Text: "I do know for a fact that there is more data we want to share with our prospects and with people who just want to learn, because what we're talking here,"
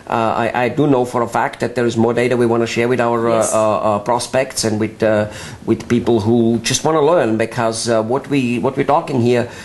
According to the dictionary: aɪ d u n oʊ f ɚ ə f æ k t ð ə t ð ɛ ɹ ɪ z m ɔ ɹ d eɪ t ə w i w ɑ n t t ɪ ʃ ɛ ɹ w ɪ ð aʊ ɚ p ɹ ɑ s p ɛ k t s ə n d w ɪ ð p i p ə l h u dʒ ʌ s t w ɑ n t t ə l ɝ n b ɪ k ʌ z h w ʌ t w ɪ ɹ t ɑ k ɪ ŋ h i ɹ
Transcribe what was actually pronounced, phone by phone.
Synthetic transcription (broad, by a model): aɪ d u n oʊ f ɚ ə f æ k t ð ə t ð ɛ ɹ ɪ z m ɔ ɹ d eɪ t ə w i w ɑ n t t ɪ ʃ ɛ ɹ w ɪ ð aʊ ɚ p ɹ ɑ s p ɛ k t s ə n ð w ɪ ð p i p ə l h u dʒ ʌ s t w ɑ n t t ə l ɝ n b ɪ k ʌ z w w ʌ t w ɪ ɹ t ɑ k ɪ ŋ h i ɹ